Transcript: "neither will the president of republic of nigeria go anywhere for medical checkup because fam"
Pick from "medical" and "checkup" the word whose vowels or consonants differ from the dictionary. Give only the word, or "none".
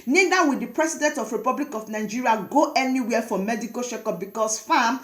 checkup